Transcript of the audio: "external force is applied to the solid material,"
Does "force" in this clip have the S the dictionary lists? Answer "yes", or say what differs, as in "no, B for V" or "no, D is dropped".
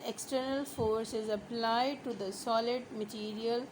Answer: yes